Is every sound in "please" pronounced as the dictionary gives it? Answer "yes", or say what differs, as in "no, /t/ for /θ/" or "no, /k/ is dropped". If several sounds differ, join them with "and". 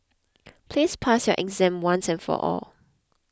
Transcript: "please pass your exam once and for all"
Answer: no, /s/ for /z/